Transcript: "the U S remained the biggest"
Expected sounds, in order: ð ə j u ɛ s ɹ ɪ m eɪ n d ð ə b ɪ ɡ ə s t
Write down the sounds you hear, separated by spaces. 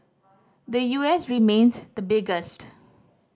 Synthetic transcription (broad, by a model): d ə j u ɛ s ɹ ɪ m eɪ n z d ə b ɪ ɡ ə s t